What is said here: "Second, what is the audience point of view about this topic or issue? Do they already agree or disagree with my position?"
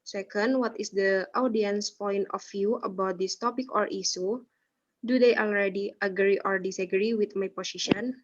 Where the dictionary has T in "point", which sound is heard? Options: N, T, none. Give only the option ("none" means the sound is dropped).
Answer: T